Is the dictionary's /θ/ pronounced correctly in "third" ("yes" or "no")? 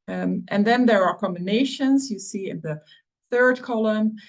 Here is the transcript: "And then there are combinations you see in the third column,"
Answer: yes